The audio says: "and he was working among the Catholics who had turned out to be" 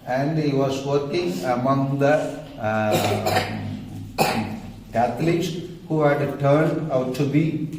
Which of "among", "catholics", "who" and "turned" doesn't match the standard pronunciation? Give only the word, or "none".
catholics